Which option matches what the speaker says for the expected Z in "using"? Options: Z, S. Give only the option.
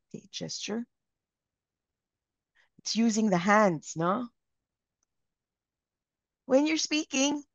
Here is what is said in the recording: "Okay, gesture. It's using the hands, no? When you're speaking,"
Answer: Z